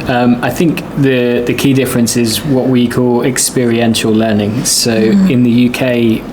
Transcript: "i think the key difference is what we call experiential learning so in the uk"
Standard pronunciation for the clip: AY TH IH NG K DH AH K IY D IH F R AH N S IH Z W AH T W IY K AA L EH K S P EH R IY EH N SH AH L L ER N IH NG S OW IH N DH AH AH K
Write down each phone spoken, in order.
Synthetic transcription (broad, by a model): AY TH IH NG K DH AH K IY D IH F R AH N S IH Z W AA T W IY K AA L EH K S P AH R IY EH N SH AH L L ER N IH NG S OW IH N DH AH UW K